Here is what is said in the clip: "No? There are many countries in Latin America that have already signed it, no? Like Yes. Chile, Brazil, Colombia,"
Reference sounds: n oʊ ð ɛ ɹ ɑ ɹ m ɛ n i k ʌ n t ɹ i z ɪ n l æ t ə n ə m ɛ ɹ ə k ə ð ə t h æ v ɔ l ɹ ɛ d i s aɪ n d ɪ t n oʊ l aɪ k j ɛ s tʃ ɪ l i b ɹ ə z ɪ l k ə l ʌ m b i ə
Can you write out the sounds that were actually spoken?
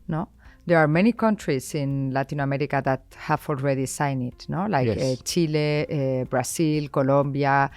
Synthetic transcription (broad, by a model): n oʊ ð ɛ ɹ ɑ ɹ m ɛ n i k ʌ n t ɹ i s ɪ n l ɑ t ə n ə m ɛ ɹ ə k ə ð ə t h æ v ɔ l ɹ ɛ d i s aɪ n ɪ t n oʊ l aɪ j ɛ tʃ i l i b ɹ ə s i l k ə l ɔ m b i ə